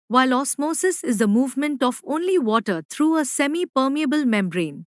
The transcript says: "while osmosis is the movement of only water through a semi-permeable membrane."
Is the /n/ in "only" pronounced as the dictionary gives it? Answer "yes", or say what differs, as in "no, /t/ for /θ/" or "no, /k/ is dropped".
yes